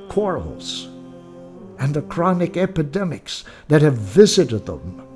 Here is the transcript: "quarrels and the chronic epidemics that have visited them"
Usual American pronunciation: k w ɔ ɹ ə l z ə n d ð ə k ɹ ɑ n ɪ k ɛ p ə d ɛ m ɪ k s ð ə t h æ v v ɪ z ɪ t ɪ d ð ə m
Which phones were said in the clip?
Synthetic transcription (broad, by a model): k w ɔ ɹ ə l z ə n ð ə k ɹ ɑ n ɪ k ɛ p ə d ɛ m ɪ k s ð ə t h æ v v ɪ z ɪ t ɪ d ð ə m